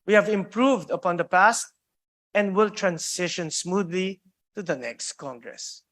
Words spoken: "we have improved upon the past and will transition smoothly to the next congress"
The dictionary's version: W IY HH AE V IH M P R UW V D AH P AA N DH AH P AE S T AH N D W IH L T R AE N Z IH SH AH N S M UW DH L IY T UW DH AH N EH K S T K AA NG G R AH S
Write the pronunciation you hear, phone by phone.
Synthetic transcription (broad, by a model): W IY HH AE V IH M P R UW V D AH P AA N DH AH P AE S T AH N D W IH L T R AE N S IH SH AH N S M UW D L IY T UW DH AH N EH K S T K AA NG G R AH S